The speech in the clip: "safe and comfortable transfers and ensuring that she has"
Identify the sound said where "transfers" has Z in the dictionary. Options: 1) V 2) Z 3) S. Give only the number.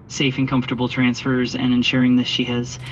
2